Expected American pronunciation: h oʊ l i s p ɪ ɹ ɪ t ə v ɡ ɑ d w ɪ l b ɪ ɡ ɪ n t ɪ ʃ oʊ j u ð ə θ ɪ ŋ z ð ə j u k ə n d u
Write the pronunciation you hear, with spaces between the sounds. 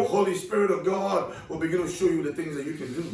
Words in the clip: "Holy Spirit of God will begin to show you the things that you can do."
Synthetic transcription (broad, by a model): h oʊ l i s p ɪ ɹ ɪ t ə v ɡ ɑ d w ɪ l b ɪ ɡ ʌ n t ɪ ʃ oʊ j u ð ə θ ɪ ŋ z ð ə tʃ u k ə n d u